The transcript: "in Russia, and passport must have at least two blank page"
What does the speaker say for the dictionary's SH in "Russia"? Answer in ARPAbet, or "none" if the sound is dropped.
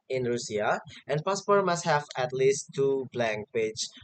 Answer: S